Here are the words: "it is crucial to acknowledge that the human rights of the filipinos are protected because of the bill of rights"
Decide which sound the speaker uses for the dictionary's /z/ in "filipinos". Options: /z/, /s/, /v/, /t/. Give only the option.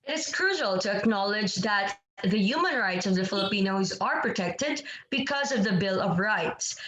/z/